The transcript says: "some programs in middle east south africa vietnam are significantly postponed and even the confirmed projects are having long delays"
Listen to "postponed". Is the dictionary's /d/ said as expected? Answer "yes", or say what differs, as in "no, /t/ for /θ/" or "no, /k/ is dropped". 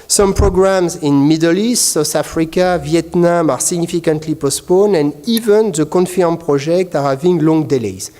no, /d/ is dropped